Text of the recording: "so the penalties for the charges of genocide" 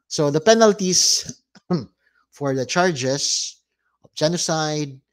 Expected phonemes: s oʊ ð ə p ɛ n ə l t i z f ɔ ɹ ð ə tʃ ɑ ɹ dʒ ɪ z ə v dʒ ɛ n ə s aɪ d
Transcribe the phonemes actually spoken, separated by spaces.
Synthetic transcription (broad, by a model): s oʊ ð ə p ɛ n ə l t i s f ɔ ɹ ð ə tʃ ɑ ɹ dʒ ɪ s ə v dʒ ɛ n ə s aɪ d